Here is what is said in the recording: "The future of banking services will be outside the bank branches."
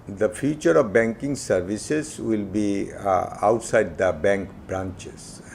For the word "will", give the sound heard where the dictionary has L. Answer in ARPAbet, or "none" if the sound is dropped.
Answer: L